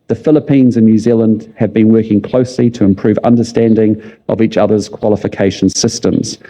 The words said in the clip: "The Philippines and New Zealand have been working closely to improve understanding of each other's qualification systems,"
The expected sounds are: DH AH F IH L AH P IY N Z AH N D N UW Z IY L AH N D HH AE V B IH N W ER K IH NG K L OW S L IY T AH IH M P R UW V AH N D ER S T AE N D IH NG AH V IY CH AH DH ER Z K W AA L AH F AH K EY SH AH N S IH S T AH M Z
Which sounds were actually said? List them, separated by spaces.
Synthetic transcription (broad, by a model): DH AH F IH L AH P IY N Z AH N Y UW Z IY L AH N D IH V B IH N W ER K IH NG K L OW S L IY T AH IH M P R UW V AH N D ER S T AE N D IH NG AH V IY CH AH DH ER Z K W AA L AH F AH K EY SH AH N S IH S T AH M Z